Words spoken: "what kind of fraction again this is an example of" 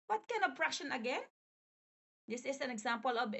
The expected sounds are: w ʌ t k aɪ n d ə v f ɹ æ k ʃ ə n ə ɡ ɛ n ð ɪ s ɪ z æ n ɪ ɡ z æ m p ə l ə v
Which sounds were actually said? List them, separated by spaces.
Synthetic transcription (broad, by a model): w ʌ t k aɪ n d ə v p ɹ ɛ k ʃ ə n ə ɡ ɛ n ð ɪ s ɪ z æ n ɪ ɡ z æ m p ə l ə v